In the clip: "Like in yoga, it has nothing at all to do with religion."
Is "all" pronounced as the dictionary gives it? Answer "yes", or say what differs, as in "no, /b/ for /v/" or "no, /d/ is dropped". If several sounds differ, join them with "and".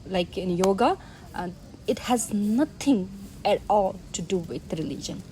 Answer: yes